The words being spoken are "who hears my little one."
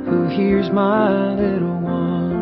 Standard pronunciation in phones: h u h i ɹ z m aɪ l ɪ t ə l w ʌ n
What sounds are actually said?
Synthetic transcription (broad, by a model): h u h i ɹ z m aɪ l ɪ t l w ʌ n